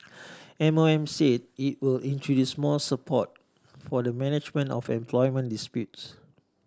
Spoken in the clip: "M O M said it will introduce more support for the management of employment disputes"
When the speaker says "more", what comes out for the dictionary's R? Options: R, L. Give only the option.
L